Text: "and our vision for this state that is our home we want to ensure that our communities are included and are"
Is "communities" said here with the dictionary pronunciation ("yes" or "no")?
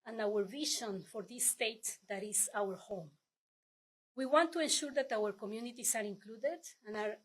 no